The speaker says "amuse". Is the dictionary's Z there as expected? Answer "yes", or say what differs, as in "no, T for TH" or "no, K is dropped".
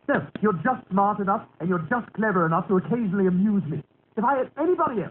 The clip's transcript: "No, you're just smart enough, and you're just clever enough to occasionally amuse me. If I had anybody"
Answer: yes